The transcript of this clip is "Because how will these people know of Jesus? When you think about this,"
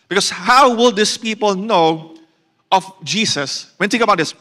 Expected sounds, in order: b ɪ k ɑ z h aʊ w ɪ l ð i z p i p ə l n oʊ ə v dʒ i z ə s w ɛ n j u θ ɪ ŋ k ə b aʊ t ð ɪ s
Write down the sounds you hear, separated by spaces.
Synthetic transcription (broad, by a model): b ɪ k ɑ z h aʊ w ɪ l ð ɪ s p i p ə l n oʊ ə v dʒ i s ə s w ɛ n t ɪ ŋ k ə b aʊ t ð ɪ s